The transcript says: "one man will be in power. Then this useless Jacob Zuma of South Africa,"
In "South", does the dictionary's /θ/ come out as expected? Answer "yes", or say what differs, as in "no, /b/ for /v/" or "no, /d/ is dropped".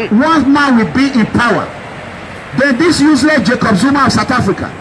no, /t/ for /θ/